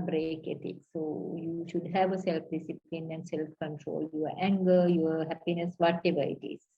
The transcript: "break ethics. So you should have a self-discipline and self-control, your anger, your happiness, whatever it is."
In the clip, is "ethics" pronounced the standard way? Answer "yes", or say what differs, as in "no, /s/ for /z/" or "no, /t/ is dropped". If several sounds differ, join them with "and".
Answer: no, /t/ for /θ/